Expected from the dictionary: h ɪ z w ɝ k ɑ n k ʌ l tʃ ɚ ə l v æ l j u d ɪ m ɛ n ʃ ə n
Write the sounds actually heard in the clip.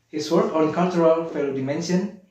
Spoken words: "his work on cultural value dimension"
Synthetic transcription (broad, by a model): h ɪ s w ɝ k ɑ n k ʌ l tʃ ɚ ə l f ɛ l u d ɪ m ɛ n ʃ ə n